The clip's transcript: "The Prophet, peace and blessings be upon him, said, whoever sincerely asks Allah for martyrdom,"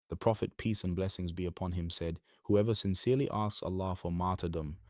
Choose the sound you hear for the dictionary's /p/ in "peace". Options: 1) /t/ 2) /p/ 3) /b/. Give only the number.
2